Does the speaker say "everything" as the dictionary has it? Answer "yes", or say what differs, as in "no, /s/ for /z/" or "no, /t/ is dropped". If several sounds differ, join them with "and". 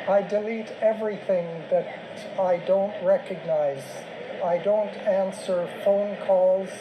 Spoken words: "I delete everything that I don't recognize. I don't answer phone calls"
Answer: yes